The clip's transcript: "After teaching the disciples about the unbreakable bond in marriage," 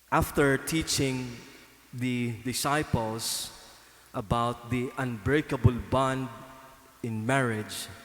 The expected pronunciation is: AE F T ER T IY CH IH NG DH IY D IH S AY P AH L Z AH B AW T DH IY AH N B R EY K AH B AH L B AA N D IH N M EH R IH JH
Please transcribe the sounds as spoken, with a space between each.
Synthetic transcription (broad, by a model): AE F T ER T IY CH IH NG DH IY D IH S AY P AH L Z AH B AW T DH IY AH N B R EY K AH B AH L B AA N D IH N M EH R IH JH